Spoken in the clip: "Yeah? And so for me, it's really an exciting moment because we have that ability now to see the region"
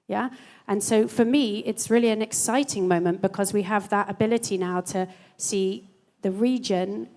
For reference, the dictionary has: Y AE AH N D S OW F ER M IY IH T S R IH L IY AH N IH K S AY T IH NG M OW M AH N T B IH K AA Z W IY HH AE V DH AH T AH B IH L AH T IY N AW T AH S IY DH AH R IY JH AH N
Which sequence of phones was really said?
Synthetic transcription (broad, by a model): Y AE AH N S OW F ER M IY IH T S R IH L IY AH N IH K S AY T IH NG M OW M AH N B IH K AA Z W IY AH V DH AH T AH B IH L AH T IY N AW T AH S IY DH AH R IY JH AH N